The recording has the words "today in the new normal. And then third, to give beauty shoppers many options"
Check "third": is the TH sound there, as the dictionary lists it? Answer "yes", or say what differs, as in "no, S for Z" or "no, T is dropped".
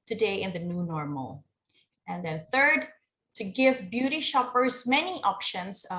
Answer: yes